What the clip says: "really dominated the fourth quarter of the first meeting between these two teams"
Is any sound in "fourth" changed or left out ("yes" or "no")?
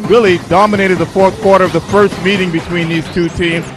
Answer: no